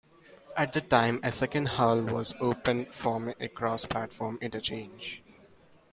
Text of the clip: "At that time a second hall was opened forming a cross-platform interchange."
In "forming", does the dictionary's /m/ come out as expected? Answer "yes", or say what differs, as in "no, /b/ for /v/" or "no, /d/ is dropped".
no, /m/ is dropped